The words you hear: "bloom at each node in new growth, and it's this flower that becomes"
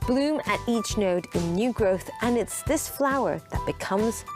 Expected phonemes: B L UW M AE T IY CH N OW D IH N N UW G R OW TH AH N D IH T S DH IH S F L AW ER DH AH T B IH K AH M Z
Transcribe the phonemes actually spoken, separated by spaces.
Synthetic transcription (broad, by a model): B L UW M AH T IY CH N OW D IH N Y UW G R OW TH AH N IH T S DH IH S F L AW ER DH AH T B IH K AH M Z